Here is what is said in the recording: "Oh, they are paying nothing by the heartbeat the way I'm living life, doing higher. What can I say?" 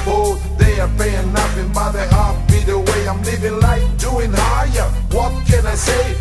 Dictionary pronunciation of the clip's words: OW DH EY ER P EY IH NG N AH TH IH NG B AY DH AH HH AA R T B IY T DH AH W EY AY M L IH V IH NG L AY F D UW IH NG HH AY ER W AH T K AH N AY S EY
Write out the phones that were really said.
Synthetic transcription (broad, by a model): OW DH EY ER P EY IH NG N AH F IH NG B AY DH AH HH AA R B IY DH AH W EY AY M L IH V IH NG L AY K D UW IH NG HH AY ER W AH T K AH N AY S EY